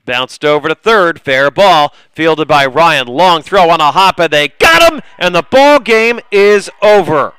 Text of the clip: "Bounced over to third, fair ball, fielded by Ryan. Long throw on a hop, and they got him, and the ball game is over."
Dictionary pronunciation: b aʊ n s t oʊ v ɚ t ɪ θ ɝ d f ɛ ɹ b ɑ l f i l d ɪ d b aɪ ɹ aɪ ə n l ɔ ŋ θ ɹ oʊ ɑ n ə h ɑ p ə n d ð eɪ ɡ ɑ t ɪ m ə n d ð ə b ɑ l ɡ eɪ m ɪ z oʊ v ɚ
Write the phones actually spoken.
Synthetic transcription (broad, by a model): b aʊ n s t oʊ v ɚ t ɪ θ ɝ d f ɛ ɹ b ɑ l f i l d ɪ d b aɪ ɹ aɪ ə n l ɔ ŋ θ ɹ oʊ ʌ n ə h ɑ p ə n ð eɪ ɡ ɑ t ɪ m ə n ð ə b ɑ l ɡ eɪ m ɪ z oʊ v ɚ